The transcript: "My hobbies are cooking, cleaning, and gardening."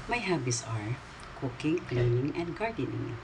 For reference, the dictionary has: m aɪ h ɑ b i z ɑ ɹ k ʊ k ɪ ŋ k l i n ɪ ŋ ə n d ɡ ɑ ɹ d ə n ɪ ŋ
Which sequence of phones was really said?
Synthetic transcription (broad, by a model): m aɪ h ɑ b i s ɑ ɹ k ʊ k ɪ ŋ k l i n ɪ ŋ ə n d ɡ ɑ ɹ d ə n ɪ ŋ